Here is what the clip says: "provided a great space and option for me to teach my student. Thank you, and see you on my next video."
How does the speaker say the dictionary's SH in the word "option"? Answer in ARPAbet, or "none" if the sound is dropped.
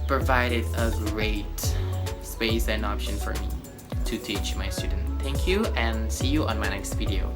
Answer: SH